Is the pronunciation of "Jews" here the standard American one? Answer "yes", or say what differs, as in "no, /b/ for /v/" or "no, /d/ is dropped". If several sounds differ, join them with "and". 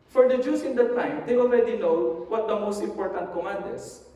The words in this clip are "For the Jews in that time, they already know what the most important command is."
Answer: no, /s/ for /z/